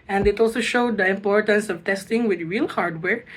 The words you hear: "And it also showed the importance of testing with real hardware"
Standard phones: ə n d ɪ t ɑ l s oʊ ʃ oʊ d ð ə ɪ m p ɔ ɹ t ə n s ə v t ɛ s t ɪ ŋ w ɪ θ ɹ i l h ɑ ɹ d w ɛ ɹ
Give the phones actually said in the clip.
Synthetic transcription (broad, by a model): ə n d ɪ t ɑ l s oʊ ʃ oʊ d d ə ɪ m p ɔ ɹ t ə n s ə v t ɛ s t ɪ ŋ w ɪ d ɹ i l h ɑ ɹ d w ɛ ɹ